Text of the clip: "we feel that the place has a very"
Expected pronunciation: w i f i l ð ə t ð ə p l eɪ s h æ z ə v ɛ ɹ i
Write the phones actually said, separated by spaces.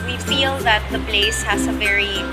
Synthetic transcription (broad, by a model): w i f i l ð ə t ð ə b l eɪ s h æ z ə v ɛ ɹ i